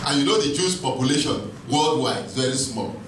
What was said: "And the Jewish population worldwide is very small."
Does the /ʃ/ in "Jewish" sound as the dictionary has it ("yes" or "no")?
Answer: no